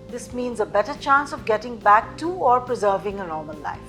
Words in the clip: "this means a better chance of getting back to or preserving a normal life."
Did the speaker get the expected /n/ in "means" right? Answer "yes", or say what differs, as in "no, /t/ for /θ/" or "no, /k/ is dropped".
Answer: yes